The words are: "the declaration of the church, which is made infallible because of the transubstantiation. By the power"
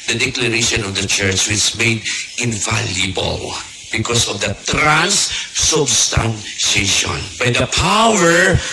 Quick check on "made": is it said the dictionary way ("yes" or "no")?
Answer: yes